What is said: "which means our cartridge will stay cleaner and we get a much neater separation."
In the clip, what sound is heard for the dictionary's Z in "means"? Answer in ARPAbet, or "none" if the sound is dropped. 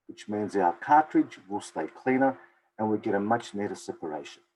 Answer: Z